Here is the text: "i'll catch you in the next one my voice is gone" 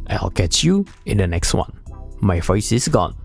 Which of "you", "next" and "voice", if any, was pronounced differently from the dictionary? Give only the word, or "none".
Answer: voice